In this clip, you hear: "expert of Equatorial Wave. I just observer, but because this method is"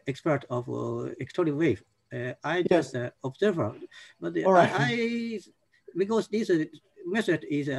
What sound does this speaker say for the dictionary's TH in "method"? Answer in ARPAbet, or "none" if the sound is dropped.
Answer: S